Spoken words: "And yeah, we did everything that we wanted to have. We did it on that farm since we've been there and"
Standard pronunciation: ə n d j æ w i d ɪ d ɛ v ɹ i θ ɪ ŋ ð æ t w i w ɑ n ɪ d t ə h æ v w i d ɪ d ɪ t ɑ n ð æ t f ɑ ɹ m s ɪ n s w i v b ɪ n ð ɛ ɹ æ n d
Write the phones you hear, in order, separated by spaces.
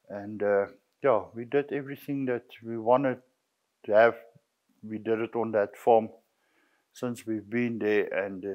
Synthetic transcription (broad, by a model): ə n d j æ w i d ɪ d ɛ v ɹ i θ ɪ ŋ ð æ t w i w ɑ n ɪ d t h æ v w i d ɪ d ɪ t ɑ n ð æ t f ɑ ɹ m s ɪ n s w i v b ɪ n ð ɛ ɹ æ n d